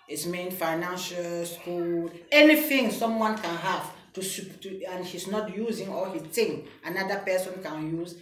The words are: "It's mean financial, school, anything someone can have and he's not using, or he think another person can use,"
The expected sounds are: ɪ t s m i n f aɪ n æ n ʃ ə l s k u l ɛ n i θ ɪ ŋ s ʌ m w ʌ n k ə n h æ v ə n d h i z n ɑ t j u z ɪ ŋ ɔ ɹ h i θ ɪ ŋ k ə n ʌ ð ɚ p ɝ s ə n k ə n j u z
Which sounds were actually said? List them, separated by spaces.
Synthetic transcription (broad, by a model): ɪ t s m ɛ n f aɪ n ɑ n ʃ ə l s k u l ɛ n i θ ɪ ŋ s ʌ m w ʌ n k ə n h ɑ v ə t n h i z n ɑ t j u z ɪ ŋ ɔ l h i t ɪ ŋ ə n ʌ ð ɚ p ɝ s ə n k ə n j u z